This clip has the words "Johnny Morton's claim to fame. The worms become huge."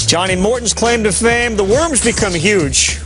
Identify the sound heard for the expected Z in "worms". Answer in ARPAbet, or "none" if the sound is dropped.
Z